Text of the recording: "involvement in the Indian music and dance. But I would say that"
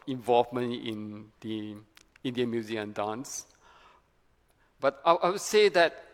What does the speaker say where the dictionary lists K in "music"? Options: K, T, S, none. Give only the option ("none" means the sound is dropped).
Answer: none